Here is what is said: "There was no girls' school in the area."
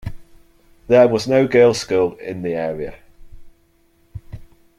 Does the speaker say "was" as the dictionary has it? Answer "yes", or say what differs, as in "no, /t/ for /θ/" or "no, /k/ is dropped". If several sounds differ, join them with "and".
yes